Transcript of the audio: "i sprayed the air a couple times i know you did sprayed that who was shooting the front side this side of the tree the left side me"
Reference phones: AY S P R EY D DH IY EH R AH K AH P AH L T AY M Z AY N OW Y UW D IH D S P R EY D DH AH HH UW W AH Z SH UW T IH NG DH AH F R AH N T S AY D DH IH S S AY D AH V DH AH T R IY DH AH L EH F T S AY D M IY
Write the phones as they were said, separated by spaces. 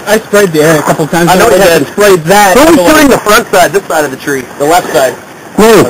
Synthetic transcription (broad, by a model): AY S P R EY D DH IY EH R AH K AH P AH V T AY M AY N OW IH S P R EY D DH AH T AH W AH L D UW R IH NG DH AH F R AH N T S AY D DH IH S S AY D AH V DH AH T R IY DH AH L EH F T S AY D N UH